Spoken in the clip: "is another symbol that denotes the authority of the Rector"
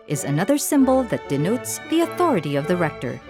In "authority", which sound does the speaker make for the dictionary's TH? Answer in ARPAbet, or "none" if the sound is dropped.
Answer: TH